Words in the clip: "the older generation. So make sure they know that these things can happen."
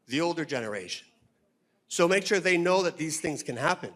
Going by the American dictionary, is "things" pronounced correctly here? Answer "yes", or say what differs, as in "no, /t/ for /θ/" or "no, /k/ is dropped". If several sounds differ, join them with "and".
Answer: yes